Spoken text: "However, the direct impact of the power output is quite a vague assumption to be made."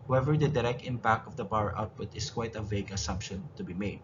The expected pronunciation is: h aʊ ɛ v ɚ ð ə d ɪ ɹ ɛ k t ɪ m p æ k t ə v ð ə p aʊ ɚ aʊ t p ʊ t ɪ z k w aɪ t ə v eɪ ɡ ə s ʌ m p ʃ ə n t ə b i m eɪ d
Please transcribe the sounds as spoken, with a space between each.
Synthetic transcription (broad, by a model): h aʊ ɛ v ɚ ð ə d ɪ ɹ ɛ k t ɪ m p æ k t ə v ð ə b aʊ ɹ aʊ t p ʊ t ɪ s k w aɪ t ə v eɪ ɡ ə s ʌ m p ʃ ə n t ə b i m eɪ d